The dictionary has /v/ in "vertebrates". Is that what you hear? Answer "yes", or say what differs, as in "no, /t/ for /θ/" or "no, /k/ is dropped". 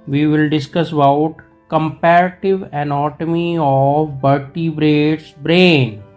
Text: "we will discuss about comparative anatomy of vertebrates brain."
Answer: no, /b/ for /v/